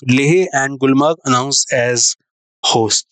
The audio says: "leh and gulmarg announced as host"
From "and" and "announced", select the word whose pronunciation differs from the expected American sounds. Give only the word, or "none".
announced